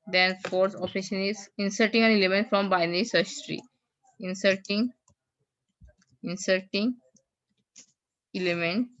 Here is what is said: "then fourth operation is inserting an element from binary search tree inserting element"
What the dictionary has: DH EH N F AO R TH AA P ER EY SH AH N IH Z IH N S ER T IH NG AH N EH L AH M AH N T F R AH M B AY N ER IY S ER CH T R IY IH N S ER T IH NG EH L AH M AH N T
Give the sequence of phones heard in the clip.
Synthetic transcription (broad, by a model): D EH N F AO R S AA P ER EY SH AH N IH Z IH N S ER T IH NG AH N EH L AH M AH N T F R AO M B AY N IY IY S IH S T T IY IH N S ER T IH NG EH L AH M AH N T